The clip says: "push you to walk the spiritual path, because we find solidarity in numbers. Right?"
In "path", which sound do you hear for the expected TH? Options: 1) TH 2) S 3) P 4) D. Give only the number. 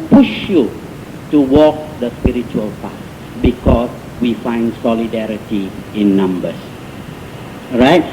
2